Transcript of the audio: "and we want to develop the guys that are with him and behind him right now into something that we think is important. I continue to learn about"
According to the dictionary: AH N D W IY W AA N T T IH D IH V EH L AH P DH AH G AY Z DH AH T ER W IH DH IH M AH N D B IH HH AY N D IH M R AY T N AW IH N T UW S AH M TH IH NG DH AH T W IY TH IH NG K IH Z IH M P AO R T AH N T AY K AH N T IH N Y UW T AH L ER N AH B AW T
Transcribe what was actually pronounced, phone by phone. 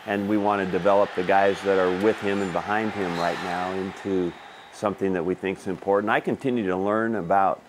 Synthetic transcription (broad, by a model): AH N W IY W AA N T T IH D IH V EH L AH P DH AH G AY Z DH AH T ER W IH DH IH M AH N B IH HH AY N D IH M R AY T N AW IH N T UW S AH M TH IH NG DH AH T W IY TH IH NG K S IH M P AO R T N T AY K AH N T IH N Y UW T AH L ER N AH B AW T